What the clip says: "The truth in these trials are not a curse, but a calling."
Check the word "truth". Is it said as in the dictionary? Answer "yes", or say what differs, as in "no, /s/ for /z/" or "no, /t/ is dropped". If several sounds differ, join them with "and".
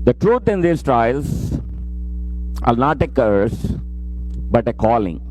no, /t/ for /θ/